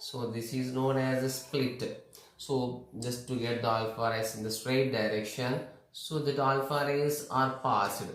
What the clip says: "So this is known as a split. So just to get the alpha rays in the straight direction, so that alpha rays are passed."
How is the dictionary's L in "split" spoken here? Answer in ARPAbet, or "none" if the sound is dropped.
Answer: L